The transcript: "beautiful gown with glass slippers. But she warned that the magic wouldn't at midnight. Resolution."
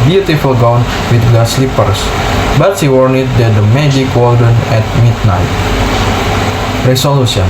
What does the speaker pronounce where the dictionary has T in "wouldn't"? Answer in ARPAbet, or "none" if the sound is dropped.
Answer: none